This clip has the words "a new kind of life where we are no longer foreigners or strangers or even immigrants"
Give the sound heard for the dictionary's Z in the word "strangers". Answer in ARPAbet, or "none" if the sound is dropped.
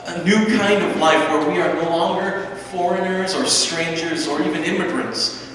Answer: Z